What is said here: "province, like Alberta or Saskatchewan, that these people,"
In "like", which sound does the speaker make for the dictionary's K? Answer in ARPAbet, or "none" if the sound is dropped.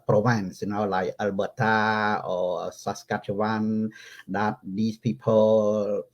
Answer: none